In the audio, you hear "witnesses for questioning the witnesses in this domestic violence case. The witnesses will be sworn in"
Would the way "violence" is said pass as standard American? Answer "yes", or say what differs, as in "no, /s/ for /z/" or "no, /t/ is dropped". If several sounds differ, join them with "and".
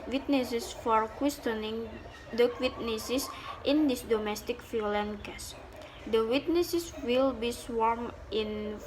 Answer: no, /f/ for /v/ and /s/ is dropped